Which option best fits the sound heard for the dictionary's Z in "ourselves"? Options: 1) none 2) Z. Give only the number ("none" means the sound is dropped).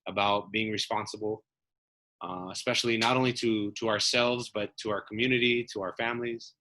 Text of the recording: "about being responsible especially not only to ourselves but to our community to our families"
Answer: 2